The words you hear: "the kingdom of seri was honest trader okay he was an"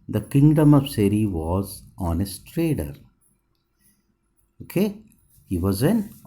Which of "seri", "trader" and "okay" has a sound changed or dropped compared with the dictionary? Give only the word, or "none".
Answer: none